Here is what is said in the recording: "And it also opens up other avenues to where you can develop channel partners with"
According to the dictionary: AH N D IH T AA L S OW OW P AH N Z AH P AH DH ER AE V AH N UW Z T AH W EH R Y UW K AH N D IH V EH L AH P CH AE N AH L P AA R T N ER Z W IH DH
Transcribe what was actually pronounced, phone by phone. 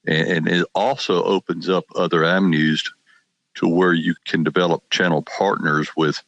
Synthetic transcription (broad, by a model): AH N IH T AA L S OW OW P AH N Z AH P AH DH ER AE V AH N UW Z T AH W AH R Y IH K AH N D IH V EH L AH P CH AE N L P AA R T N ER Z W IH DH